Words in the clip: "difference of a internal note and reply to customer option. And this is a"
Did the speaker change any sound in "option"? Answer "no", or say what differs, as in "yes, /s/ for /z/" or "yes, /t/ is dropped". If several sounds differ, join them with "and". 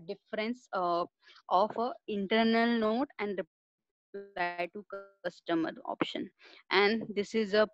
no